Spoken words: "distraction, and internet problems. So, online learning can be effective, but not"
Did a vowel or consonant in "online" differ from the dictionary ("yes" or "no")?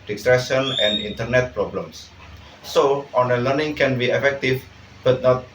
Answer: yes